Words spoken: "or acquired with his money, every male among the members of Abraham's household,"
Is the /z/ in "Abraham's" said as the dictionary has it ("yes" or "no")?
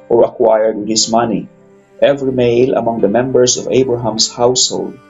no